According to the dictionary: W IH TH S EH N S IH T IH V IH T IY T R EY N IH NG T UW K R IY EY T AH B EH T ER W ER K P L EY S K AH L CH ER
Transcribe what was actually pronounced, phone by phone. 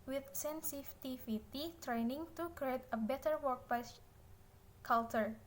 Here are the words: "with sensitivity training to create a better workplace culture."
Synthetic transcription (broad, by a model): W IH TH S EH N S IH T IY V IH T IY T R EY N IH NG T UW K R IY EY T AH B EH T ER W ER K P EY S K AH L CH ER